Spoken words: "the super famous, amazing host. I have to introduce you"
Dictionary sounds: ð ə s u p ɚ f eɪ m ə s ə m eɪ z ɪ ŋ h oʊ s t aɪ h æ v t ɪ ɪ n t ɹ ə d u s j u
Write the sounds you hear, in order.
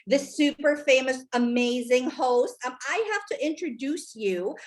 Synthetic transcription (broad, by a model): ð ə s u p ɚ f eɪ m ə s ə m eɪ z ɪ ŋ h oʊ s t aɪ h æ f t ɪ ɪ n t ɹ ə d u s j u